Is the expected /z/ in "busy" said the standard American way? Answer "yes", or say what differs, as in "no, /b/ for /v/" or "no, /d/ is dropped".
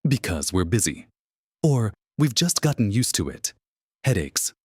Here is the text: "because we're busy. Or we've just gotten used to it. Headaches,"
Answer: yes